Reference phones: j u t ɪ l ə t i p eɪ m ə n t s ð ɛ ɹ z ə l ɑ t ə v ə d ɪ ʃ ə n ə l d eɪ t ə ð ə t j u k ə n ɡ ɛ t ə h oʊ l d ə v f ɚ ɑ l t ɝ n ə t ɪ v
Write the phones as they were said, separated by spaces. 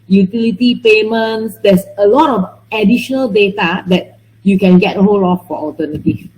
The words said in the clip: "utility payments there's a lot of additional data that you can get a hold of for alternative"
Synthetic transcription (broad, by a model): j u t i l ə t i p eɪ m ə n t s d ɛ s ə l ɑ t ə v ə d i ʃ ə n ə l d eɪ t ə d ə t j u k ə n ɡ ɛ t ə h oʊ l ə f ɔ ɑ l t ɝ n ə t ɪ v